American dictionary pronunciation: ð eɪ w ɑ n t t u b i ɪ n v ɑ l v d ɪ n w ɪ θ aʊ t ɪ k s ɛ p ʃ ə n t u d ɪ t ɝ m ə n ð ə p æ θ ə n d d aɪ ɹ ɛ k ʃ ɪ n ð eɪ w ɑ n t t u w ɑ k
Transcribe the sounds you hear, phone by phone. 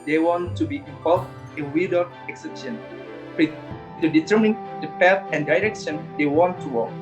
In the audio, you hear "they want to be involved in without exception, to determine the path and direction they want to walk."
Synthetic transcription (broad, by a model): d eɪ w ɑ n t t u b i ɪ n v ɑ l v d ɪ n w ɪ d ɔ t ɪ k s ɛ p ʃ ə n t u d ɪ t ɝ m ə n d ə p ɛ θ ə n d d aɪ ɹ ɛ k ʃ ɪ n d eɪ w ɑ n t t u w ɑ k